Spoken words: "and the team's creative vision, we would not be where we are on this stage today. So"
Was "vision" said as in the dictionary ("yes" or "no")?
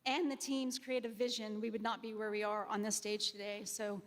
yes